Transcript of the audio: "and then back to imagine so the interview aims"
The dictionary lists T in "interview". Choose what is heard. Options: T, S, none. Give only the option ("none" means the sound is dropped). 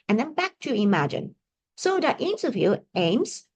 S